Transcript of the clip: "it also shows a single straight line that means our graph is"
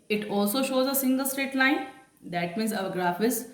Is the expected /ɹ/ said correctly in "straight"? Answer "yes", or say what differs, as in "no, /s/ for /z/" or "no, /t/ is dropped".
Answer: no, /ɹ/ is dropped